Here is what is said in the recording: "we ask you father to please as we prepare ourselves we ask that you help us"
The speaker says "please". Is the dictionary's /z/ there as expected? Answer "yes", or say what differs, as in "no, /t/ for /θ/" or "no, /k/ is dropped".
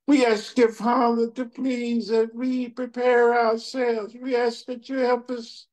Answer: yes